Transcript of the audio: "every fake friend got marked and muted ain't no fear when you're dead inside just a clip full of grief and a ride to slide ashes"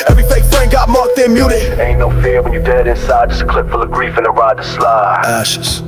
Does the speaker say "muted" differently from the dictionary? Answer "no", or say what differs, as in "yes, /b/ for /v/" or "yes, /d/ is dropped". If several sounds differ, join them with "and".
yes, /d/ is dropped